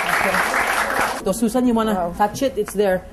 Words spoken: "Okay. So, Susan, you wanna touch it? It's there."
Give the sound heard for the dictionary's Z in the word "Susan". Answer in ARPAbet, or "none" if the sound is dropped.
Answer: S